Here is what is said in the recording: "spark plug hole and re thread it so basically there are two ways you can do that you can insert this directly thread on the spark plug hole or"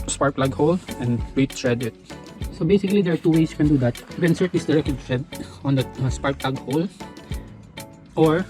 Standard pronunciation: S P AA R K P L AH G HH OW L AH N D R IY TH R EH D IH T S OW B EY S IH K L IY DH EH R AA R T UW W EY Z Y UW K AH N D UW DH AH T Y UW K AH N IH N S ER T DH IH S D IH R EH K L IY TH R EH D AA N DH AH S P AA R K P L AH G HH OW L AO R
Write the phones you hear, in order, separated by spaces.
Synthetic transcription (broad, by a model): S P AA R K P L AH G HH OW L AH N D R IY T R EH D IH T S OW B EY S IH K L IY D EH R AA R T UW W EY S Y UW K AH N D UW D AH T Y UW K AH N N S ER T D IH S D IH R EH K IY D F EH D AA N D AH S P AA R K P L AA G HH OW L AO R